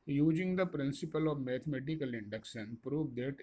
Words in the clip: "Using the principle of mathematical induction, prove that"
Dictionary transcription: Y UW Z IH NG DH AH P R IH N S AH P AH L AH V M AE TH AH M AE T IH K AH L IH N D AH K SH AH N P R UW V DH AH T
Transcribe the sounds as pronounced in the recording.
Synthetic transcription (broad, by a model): Y UW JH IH NG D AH P R IH N S AH P AH L AH V M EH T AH M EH T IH K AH L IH N D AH K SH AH N P R UW V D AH T